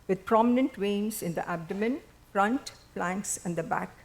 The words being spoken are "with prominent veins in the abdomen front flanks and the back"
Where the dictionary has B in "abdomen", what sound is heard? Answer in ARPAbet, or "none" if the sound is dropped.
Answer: B